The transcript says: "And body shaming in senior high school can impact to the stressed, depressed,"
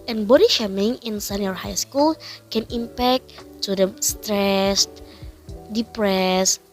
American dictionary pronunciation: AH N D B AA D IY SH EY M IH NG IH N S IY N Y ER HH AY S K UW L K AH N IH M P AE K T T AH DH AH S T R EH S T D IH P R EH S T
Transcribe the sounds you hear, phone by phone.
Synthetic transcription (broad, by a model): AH N B AA D IY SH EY M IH NG IH N S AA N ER HH AY S K UW L K AH N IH M P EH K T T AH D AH S T R EH S T D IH P R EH S